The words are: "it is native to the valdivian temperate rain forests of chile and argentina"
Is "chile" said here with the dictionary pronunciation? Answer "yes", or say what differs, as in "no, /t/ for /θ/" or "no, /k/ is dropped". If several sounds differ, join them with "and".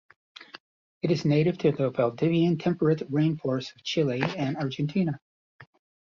yes